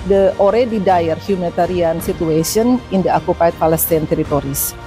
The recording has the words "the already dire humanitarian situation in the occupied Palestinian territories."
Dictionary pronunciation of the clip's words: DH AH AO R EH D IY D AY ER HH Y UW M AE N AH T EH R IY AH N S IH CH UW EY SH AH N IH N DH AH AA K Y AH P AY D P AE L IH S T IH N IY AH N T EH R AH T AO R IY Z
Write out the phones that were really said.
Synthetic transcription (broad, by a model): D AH AO R EH D IY D AY ER HH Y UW M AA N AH T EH R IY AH N S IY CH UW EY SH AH N IH N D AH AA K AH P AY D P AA L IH S T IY N T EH R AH T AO R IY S